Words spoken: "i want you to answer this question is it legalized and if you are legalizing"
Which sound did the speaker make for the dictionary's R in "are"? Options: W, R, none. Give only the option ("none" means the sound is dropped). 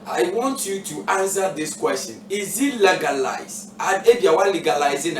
W